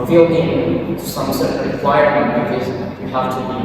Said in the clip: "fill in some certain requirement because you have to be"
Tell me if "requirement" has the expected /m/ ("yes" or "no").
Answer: no